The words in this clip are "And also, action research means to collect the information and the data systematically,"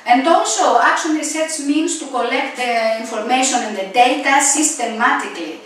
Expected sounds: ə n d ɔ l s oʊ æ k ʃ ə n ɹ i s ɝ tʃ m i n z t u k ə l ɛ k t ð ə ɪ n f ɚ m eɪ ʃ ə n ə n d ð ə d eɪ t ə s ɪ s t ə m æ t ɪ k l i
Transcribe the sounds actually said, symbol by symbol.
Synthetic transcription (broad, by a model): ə n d ɔ l s oʊ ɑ k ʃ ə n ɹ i s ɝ s m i n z t u k ə l ɛ k t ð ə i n f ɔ m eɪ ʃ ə n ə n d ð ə d eɪ t ə s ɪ s t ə m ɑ t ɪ k l i